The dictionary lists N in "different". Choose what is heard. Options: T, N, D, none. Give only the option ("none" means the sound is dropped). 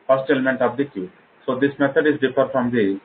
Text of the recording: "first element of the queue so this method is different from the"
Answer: none